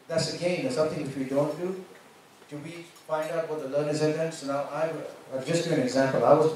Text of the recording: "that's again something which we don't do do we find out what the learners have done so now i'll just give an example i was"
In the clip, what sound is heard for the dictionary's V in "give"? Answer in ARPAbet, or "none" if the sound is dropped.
none